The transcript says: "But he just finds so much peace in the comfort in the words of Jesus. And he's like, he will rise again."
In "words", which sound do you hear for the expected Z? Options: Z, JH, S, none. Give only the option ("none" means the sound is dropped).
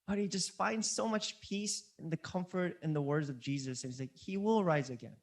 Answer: Z